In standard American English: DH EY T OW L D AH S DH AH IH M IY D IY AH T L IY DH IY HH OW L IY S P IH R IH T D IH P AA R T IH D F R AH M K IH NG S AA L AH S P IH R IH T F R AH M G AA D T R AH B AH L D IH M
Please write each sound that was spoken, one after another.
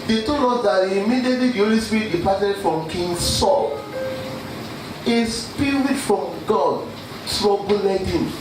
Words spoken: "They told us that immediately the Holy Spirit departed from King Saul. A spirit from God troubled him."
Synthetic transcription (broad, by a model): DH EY T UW D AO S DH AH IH M IY D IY T L IY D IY HH OW L IY S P R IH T D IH P AA T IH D F R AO M K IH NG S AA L AH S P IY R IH F R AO M G AA D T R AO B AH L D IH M